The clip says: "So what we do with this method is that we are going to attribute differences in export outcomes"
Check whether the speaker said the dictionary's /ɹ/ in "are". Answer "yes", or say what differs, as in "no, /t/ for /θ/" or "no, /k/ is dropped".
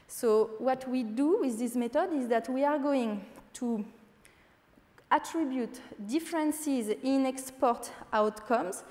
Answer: yes